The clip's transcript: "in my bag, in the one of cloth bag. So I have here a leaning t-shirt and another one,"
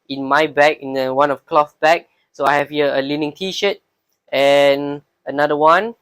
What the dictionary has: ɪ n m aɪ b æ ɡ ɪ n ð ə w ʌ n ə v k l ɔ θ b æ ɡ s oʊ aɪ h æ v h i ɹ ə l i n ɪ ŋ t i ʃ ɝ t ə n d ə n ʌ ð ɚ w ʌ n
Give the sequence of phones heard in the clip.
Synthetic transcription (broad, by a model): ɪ n m aɪ b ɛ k ɪ n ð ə w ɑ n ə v k l ɔ f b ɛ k s oʊ aɪ h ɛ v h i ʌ ə l i n ɪ ŋ t i ʃ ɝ t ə n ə n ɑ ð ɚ w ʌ n